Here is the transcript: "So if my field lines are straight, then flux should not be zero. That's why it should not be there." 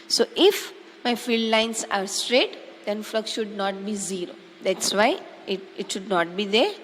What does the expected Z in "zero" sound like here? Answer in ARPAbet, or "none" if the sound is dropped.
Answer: Z